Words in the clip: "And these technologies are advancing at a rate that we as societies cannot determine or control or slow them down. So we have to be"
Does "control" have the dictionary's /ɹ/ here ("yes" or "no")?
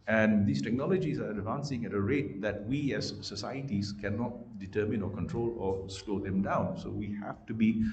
yes